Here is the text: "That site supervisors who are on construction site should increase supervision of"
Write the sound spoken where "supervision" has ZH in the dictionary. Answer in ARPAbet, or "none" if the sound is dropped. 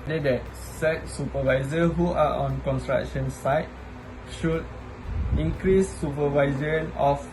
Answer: Z